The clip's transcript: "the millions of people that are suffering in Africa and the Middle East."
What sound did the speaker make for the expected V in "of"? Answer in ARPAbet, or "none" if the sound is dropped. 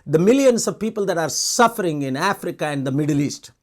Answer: V